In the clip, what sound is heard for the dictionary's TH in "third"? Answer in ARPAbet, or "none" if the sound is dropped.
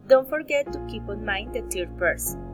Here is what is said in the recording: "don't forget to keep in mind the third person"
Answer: T